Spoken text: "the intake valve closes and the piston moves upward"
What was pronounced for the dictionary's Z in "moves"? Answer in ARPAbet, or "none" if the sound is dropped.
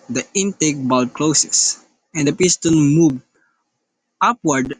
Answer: none